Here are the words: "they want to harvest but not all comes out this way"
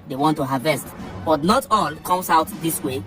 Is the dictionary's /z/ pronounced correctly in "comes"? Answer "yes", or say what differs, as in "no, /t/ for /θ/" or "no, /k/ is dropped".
no, /s/ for /z/